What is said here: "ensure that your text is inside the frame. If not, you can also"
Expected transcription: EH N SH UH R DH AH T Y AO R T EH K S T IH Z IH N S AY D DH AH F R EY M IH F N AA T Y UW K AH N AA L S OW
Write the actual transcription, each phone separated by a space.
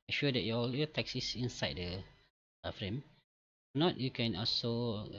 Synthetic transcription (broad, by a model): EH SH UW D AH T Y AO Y T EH K S IH S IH N S AY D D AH F R EY M N AA T Y UW K AH N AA L S OW